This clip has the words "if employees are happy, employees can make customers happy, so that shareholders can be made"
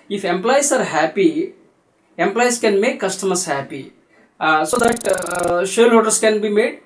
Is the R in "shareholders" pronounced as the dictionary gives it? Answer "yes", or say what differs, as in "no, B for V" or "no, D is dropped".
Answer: no, L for R